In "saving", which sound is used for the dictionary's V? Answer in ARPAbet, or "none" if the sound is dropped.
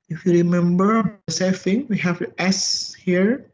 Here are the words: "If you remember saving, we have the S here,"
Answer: F